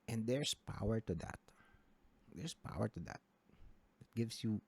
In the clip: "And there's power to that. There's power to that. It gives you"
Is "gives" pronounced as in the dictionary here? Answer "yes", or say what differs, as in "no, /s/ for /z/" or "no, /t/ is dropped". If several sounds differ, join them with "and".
no, /s/ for /z/